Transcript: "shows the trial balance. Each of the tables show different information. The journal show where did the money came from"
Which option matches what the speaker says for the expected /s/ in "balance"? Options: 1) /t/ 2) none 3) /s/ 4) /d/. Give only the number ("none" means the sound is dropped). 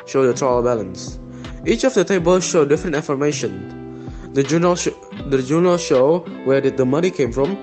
3